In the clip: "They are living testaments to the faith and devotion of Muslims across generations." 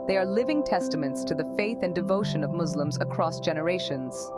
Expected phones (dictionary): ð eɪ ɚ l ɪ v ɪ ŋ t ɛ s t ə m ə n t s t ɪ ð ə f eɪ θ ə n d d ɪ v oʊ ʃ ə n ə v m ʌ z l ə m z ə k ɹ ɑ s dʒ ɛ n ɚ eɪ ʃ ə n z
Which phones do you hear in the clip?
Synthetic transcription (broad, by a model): ð eɪ ɚ l ɪ v ɪ ŋ t ɛ s t ə m ə n t s t ɪ ð ə f eɪ θ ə n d d ɪ v oʊ ʃ ə n ə v m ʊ z l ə m z ə k ɹ ɑ s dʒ ɛ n ɚ eɪ ʃ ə n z